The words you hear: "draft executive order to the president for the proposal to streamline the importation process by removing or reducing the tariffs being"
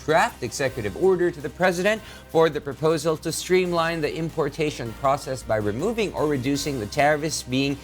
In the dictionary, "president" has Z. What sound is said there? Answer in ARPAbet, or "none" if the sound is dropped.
Z